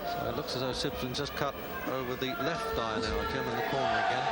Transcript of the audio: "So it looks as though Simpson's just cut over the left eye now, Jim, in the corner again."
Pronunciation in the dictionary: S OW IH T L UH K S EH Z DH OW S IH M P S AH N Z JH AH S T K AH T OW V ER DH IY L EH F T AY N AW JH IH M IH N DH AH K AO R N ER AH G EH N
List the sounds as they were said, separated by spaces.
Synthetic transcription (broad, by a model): S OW IH T L UH K S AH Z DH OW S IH P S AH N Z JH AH S K AH T OW V ER DH IY L EH F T AY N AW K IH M IH N DH AH K AO R N ER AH G EH N